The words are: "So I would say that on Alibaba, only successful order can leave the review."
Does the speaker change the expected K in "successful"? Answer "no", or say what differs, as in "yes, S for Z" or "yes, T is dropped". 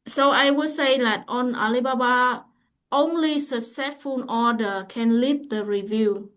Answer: yes, K is dropped